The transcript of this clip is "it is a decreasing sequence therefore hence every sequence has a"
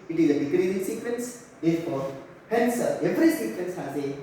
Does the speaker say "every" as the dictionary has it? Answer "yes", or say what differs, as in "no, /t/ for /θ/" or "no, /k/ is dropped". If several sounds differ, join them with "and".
no, /f/ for /v/